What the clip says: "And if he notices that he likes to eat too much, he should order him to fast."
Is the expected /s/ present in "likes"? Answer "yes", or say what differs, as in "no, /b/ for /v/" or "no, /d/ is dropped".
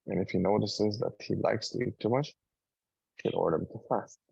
yes